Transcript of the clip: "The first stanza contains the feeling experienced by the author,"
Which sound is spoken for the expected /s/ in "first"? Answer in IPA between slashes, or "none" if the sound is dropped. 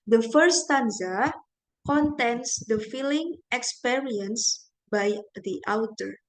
none